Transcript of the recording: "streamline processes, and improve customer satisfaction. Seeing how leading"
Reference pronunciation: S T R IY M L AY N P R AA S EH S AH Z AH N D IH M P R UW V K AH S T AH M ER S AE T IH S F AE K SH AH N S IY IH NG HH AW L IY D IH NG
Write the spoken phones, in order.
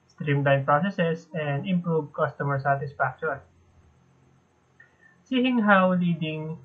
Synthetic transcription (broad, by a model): S T R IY M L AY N P R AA S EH S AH S AH N D IH M P R UW V K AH S T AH M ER S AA T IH S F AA K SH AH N S IY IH NG HH AW L IY D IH NG